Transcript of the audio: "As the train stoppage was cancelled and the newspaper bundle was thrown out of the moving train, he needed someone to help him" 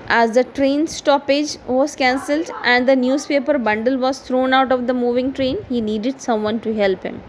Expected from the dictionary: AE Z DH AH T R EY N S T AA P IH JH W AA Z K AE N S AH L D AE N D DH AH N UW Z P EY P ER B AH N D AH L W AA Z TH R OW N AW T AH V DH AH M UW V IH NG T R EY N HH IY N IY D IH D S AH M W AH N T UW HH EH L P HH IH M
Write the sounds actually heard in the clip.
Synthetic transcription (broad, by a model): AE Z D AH T R EY N S T AA P IH JH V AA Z K AE N S AH L D AE N D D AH N UW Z P EY P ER B AH N D AH L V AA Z T R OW N AW T AH V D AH M UW V IH NG T R EY N HH IY N IY D IH D S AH M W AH N T UW HH EH L P HH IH M